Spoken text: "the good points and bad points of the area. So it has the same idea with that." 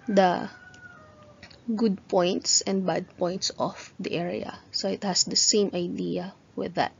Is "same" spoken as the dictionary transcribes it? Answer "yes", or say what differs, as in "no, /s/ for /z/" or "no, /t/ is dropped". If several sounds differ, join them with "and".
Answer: yes